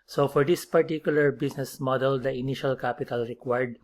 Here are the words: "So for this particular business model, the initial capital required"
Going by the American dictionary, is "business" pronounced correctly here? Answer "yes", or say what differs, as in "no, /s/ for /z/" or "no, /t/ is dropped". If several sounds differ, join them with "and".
no, /s/ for /z/